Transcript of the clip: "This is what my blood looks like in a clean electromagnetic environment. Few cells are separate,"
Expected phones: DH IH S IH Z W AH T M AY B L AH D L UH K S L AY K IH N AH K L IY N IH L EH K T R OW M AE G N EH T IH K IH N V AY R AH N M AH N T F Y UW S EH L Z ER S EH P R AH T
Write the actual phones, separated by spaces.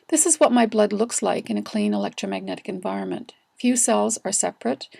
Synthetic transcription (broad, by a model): DH IH S IH Z W AH T M AY B L AH D L UH K S L AY K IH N AH K L IY N IH L EH K T R OW M AE G N EH T IH K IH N V AY R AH N M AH N T F Y UW S EH L Z ER S EH P R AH T